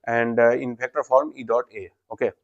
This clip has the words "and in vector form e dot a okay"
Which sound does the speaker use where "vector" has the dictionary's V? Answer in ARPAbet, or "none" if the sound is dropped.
P